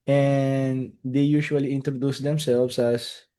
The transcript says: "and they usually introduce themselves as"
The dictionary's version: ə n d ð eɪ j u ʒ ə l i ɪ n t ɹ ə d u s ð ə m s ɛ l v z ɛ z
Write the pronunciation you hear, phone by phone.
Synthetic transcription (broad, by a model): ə n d eɪ j u ʃ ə l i ɪ n t ɹ ə d u s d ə m s ɛ l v s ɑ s